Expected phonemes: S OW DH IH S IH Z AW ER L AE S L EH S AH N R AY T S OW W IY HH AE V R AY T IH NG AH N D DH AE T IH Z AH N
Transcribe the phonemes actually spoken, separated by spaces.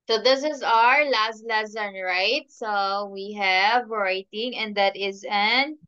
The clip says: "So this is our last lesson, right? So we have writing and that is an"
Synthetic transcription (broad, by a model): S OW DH IH S IH Z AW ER L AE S L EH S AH N R AY T S OW W IY HH AE V R AY T IH NG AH N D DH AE T IH Z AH N